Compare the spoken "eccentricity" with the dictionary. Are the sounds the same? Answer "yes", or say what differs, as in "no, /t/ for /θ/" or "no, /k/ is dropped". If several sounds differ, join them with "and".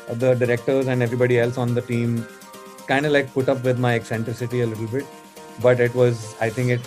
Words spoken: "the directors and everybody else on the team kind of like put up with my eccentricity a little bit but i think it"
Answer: yes